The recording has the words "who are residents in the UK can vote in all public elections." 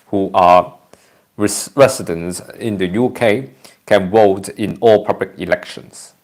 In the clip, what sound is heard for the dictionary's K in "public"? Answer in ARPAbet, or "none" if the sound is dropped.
K